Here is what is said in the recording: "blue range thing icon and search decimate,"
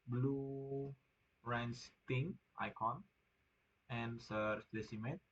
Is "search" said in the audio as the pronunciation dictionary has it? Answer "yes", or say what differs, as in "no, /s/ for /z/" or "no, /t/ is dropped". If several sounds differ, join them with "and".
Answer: no, /s/ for /tʃ/